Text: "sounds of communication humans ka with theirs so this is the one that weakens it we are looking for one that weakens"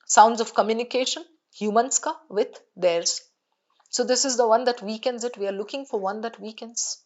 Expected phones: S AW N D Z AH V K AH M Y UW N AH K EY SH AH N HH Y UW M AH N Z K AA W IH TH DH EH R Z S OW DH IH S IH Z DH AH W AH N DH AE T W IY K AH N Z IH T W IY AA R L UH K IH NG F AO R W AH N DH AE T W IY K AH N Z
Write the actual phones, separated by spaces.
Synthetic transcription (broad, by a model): S AW N D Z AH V K AH M Y UW N AH K EY SH AH N HH Y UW M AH N S K AA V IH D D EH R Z S OW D IH S IH Z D AH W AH N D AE T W IY K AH N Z IH T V IY AA R L UH K IH NG F AO R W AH N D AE T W IY K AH N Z